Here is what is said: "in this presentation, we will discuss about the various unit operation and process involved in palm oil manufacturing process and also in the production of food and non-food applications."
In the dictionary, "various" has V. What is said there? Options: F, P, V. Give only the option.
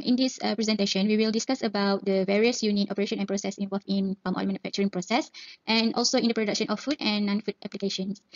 V